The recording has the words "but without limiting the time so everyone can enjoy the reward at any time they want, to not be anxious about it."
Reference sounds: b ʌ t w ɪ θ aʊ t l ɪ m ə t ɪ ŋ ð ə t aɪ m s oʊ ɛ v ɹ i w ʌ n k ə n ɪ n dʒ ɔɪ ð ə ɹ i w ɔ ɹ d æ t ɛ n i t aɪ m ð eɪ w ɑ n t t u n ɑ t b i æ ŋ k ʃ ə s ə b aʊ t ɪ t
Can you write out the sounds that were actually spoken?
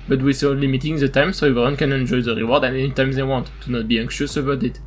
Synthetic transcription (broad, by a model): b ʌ t w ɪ s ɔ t l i m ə t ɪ ŋ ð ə t aɪ m s oʊ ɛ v i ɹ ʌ n k ə n ɪ n dʒ ɔɪ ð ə ɹ i w ɔ ɹ d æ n ɛ n i t aɪ m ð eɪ w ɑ n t t u n ɑ t b i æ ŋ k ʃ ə s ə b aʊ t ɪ t